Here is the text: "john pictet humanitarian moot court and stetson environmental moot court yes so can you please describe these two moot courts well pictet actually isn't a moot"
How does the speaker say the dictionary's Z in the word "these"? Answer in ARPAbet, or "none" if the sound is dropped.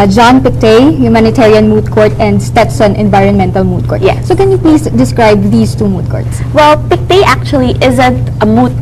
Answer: S